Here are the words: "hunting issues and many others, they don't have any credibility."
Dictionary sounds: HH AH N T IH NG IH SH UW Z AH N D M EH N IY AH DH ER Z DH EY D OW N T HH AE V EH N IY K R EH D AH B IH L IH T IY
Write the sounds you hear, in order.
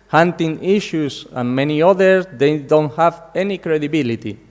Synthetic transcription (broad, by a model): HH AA N T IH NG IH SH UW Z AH N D M EH N IY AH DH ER S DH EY D OW N T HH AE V EH N IY K R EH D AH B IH L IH T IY